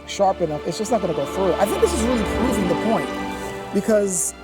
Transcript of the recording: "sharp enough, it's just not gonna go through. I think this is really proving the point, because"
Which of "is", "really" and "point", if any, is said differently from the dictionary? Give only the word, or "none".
none